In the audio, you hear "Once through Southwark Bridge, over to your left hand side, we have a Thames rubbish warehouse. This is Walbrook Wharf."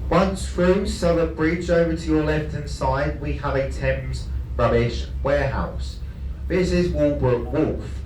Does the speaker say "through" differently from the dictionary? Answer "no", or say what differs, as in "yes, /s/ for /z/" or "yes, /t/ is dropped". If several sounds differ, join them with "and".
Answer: yes, /f/ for /θ/